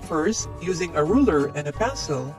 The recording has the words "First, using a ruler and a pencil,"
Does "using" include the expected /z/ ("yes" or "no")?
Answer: yes